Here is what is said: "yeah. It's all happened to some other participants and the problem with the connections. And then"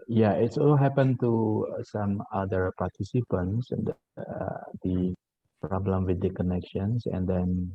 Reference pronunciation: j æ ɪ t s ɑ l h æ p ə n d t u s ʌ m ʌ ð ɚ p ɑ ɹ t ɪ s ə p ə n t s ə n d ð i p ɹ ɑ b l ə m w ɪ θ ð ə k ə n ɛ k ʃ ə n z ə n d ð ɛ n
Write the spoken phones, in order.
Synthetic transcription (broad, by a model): j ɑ ɪ t s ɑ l h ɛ p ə n t u s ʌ m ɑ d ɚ p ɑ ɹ t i s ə p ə n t s ə n d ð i p ɹ ɑ b l ə m w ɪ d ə k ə n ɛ k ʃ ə n s ə n d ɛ n